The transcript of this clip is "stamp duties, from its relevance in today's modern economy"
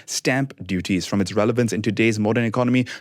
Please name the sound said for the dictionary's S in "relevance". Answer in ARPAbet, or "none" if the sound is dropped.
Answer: S